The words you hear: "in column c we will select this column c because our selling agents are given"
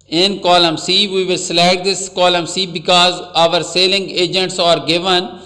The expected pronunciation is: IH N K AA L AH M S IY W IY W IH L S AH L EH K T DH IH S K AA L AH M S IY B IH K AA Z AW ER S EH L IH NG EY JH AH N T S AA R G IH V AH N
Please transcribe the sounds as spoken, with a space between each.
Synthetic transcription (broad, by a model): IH N K AA L AH M S IY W IY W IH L S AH L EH T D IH S K AA L AH M S IY B IH K AA Z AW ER S EH L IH NG EY JH AH N T S AA R G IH V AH N